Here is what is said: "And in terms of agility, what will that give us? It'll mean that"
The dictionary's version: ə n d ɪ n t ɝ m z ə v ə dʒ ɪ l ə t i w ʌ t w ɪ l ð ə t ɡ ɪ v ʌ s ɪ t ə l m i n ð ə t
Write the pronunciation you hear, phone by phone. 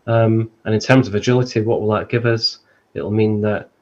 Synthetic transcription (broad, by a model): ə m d ɪ n t ɝ m z ə v ə dʒ ɪ l ə t i w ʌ t w ɪ l ð ə t ɡ ɪ v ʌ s ɪ t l m i n ð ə t